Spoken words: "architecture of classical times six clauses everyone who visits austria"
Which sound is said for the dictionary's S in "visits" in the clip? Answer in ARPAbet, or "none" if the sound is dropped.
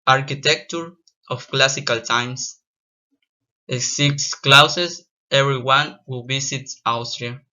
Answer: none